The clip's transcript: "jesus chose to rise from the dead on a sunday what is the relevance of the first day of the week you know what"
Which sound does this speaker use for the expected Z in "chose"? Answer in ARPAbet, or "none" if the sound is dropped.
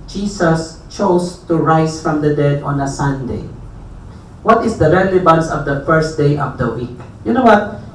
S